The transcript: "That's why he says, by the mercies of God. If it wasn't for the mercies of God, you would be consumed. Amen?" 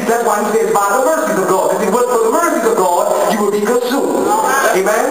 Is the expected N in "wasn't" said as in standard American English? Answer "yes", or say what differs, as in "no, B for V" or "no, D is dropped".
no, N is dropped